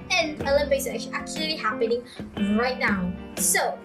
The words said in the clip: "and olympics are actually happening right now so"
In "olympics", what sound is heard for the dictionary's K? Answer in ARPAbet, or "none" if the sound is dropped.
none